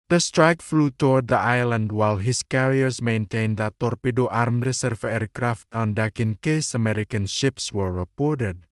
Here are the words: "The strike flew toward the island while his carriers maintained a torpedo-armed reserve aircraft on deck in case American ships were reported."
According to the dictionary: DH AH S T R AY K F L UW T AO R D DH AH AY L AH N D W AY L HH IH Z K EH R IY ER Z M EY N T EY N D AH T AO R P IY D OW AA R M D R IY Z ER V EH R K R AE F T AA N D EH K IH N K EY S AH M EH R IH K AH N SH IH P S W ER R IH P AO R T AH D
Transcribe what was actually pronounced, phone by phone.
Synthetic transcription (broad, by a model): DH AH S T R AY K F L UW T AO R D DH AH AY L AH N D W AY L HH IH S K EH R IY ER S M EY N T EY N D AH T AO R P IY D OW AA R M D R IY S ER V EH R K R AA F T AA N D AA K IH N K EY S AH M EH R IH K AH N SH IH P S W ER R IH P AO R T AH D